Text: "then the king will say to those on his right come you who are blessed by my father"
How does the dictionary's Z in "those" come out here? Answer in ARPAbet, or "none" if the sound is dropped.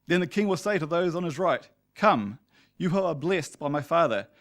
Z